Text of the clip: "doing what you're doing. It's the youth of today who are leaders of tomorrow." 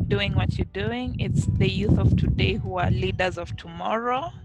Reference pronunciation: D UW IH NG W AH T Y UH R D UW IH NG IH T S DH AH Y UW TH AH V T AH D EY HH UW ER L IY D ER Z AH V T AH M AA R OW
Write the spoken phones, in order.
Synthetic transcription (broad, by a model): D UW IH NG W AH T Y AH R D UW IH NG IH T S DH AH Y UW TH AH V T AH D EY HH UW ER L IY D ER Z AH V T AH M AA R OW